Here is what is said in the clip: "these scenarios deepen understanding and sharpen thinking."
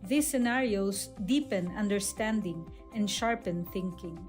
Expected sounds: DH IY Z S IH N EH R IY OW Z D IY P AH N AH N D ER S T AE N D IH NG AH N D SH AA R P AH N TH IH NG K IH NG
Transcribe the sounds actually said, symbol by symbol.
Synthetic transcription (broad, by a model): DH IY S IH N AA R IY OW S D IY P AH N AH N D ER S T AE N D IH NG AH N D SH AA R P AH N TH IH NG K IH NG